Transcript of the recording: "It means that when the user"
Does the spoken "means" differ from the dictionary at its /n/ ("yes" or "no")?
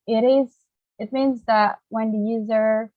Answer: no